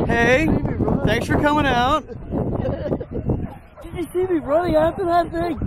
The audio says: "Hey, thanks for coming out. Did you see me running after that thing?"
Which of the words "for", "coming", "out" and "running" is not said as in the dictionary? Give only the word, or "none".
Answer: running